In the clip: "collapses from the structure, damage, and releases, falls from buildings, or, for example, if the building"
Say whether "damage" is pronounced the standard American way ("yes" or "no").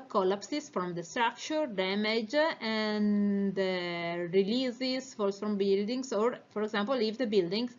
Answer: yes